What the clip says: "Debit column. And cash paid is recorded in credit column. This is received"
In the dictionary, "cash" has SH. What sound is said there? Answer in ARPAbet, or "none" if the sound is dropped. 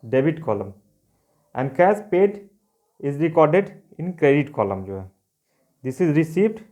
S